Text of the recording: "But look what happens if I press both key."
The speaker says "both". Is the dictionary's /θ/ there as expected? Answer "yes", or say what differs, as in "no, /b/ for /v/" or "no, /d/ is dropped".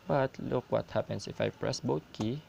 no, /t/ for /θ/